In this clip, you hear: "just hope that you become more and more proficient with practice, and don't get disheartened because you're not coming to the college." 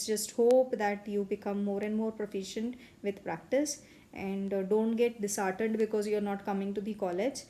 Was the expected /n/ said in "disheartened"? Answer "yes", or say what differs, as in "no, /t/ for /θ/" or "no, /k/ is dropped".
no, /n/ is dropped